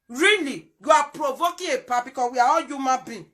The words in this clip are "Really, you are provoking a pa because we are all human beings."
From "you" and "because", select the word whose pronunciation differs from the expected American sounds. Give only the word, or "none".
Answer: because